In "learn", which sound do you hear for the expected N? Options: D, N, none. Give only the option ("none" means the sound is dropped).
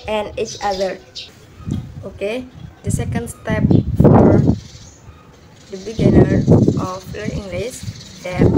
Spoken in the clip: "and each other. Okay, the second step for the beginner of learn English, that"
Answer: none